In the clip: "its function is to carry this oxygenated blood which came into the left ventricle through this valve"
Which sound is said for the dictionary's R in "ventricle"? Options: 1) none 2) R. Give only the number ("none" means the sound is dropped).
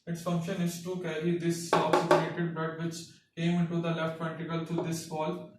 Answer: 1